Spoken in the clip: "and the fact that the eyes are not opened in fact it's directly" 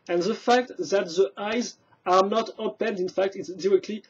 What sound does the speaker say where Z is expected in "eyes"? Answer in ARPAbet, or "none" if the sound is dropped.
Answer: Z